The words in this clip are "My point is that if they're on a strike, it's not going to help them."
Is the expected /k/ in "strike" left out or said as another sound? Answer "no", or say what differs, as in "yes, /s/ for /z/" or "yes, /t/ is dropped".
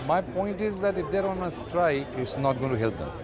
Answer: yes, /k/ is dropped